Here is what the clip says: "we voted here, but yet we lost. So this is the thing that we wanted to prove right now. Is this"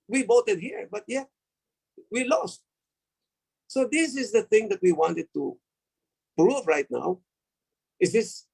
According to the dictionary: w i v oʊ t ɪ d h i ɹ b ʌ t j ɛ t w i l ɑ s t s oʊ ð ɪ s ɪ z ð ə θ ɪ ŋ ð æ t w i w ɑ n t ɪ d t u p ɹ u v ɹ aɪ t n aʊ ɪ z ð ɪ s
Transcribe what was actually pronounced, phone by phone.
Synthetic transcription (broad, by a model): w i b oʊ t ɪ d h i ɹ b ʌ t j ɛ w i l ɑ s t s oʊ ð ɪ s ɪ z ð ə θ ɪ ŋ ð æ t w i w ɑ n t ɪ d t u p ɹ u v ɹ aɪ t n aʊ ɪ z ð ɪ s